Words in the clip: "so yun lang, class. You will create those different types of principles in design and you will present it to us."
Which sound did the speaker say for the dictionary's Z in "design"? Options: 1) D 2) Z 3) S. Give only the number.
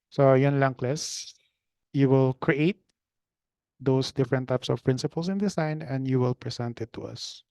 3